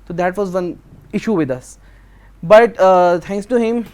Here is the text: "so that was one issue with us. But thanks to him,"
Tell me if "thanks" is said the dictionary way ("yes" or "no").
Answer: no